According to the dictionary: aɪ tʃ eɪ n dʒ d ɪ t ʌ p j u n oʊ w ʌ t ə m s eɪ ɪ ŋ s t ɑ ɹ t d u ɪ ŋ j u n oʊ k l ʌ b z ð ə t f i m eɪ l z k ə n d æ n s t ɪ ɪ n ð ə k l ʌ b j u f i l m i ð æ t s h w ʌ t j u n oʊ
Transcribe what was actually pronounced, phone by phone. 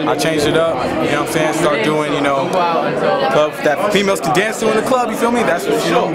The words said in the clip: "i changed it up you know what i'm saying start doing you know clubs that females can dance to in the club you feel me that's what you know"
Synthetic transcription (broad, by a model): aɪ tʃ eɪ n dʒ ɪ t ʌ p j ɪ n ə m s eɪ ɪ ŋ s t ɑ ɹ t d u ɪ ŋ j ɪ n oʊ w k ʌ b ð ə t f i m eɪ l z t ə d æ n s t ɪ ɪ n ð ə k l ʌ b j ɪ f i l m i ð æ t s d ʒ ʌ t j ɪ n oʊ